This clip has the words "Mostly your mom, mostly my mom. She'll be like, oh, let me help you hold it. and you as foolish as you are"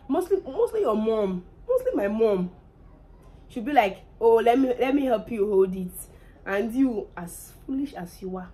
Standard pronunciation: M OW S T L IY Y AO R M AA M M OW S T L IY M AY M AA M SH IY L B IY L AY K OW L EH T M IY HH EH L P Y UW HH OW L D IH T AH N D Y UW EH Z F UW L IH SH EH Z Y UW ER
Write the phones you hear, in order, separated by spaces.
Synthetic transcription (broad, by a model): M OW S T L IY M AO L M AA M M OW S T L IY M AY M AA M SH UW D B IY L AY K OW L EH T M IY HH EH L P Y UW HH OW L D IH T AH N D Y UW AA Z F UW L IH SH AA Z Y UW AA